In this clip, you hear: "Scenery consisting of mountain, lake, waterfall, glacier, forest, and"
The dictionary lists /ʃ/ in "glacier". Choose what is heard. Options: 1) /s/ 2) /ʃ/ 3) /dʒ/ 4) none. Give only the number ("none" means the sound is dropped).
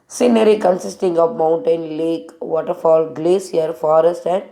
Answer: 1